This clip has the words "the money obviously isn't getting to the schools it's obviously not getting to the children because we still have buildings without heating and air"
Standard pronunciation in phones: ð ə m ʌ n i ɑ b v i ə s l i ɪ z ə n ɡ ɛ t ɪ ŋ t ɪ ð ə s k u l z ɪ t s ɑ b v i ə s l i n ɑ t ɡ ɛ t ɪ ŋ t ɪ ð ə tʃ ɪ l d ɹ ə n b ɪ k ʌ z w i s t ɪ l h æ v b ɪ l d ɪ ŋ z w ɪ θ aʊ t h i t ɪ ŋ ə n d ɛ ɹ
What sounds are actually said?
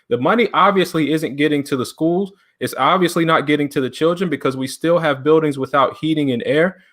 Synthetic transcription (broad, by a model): ð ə m ʌ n i ɑ b v i ə s l i ɪ z ə n ɡ ɛ t ɪ ŋ t ɪ ð ə s k u l z ɪ t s ɑ b v i ə s l i n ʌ t ɡ ɛ t ɪ ŋ t ɪ ð ə tʃ ɪ l d ɹ ə n b ɪ k ʌ z w i s t ɪ l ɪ v b ɪ l d ɪ ŋ z w ɪ θ aʊ t h i t ɪ ŋ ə n ɛ ɹ